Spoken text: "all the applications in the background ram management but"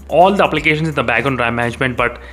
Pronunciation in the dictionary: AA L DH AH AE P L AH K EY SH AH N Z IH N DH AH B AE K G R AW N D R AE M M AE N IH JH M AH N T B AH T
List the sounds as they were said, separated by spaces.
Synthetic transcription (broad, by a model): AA L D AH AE P L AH K EY SH AH N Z IH N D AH B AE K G AO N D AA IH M M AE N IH JH M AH N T B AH T